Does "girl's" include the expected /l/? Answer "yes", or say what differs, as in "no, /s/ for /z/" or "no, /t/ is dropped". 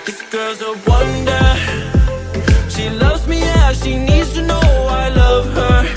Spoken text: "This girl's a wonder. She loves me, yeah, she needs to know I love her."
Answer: no, /l/ is dropped